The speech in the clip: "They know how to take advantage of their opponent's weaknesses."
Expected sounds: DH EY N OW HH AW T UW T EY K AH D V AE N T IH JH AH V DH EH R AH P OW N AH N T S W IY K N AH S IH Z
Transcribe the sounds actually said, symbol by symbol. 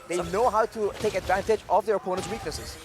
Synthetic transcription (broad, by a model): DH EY N OW HH AW T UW T EY K AH D V AE N T IH JH AH V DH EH R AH P OW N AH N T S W IY K N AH S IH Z